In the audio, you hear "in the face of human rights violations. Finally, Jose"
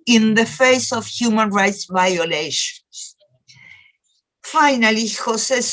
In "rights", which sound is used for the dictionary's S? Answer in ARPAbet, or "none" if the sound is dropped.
S